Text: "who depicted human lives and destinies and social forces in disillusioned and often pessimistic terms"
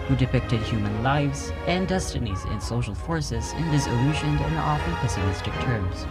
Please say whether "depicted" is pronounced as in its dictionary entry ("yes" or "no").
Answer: yes